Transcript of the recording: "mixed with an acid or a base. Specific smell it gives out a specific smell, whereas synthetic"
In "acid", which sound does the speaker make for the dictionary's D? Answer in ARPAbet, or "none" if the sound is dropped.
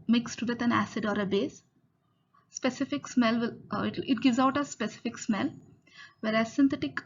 D